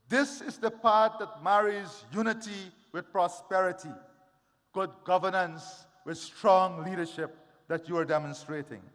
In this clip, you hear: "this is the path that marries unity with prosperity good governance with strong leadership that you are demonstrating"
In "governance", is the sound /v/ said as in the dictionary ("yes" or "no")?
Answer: yes